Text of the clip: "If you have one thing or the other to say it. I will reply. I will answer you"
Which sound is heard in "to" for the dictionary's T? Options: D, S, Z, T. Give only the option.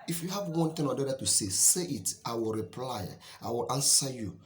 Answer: S